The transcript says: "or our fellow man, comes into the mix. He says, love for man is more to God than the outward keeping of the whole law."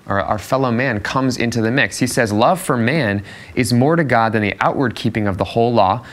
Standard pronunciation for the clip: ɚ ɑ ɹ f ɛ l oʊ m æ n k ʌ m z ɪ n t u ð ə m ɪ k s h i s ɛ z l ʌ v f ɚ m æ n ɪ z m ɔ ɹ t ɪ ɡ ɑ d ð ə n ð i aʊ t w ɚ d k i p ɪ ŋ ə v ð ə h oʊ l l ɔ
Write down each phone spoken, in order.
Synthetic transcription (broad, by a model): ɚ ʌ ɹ f ɛ l oʊ m æ n k ʌ m z ɪ n t u ð ə m ɪ k s h i s ɛ z l ʌ v f ɚ m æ n ɪ z m ɔ ɹ t ɪ ɡ ɑ d ð ə n ð i aʊ t w ɚ d k i p ɪ ŋ ə v ð ə h oʊ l l ɔ